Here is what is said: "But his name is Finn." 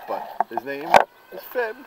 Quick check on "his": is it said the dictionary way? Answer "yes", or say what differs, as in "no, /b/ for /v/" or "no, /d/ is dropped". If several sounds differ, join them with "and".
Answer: yes